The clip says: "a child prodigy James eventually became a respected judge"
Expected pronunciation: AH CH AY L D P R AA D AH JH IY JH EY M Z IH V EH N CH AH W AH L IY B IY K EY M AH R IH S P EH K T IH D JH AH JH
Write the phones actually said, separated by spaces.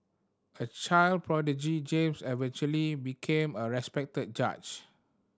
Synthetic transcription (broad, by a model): AH CH AY L D P R AA D AH JH IY JH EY M S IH V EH N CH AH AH L IY B IY K EY M AH R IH S P EH K T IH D JH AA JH